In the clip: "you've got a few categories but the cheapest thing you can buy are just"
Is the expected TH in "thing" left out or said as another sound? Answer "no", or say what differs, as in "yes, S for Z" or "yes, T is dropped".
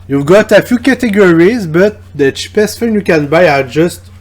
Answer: yes, F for TH